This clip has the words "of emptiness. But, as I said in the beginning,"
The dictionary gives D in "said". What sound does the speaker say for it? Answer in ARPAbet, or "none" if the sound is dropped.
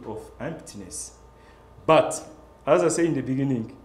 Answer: none